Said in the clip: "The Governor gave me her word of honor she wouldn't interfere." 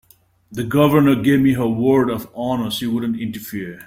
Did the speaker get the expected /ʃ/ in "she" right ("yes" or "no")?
no